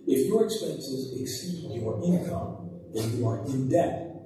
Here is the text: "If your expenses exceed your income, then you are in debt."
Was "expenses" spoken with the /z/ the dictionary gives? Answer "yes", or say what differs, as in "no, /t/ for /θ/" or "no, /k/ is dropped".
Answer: yes